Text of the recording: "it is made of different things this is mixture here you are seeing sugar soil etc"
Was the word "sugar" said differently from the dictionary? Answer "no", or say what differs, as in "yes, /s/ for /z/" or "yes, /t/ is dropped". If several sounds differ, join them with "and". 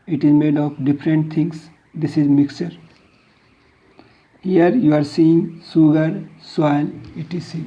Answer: yes, /s/ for /ʃ/